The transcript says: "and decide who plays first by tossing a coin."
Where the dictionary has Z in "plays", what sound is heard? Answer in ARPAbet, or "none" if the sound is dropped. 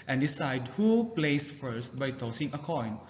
S